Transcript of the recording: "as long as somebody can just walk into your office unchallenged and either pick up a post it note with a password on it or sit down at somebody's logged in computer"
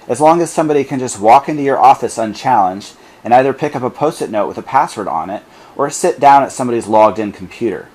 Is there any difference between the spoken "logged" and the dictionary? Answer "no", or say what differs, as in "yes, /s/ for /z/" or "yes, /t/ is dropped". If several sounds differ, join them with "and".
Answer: no